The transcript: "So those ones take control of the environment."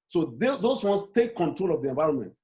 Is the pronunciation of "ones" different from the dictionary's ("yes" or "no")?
yes